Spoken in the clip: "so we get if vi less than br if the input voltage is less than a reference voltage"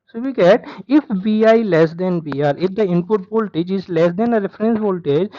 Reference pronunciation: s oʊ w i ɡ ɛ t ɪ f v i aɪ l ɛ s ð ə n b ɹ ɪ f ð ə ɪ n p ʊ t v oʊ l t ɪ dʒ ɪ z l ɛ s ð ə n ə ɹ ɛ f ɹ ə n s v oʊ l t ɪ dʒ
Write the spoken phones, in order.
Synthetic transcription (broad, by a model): s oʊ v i ɡ ɛ t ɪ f b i aɪ l ɛ s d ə n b ɹ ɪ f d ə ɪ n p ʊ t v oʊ l t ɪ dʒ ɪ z l ɛ s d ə n ə ɹ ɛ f ɹ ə n s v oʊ l t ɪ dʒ